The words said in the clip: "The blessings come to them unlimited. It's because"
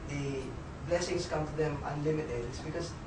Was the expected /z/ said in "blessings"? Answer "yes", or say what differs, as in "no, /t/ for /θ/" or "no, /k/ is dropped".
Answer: no, /s/ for /z/